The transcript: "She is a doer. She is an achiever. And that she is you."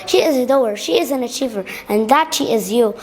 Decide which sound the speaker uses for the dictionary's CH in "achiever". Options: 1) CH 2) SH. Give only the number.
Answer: 1